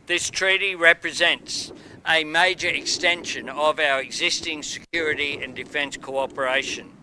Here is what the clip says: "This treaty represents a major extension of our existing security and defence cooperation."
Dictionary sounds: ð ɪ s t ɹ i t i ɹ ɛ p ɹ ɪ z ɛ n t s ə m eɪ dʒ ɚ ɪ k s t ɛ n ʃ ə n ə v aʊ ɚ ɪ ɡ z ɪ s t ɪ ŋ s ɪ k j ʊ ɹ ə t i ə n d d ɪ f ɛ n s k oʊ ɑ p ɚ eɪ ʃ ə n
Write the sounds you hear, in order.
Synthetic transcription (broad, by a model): ð ɪ s t ɹ i t i ɹ ɛ p ɹ ɪ z ɛ n t s ə m eɪ dʒ ɚ ɪ k s t ɛ n ʃ ə n ə v aʊ ɚ ɪ ɡ z ɪ s t ɪ ŋ s ɪ k j ʊ ɹ ə t i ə n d d ɪ f ɛ n s k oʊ ɑ p ɚ eɪ ʃ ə n